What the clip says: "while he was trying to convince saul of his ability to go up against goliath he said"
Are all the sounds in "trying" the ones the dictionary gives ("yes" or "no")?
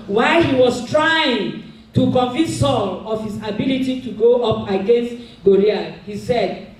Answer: yes